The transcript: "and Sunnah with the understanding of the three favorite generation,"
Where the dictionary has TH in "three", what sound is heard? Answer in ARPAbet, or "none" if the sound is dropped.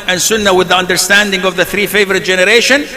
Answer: TH